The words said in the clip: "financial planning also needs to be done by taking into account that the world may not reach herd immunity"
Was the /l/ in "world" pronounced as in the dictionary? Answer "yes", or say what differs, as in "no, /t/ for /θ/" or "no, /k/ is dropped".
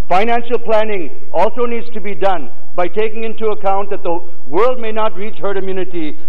yes